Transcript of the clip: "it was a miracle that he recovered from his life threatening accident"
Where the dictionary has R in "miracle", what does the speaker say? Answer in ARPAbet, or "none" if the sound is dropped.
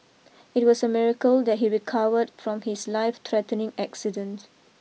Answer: R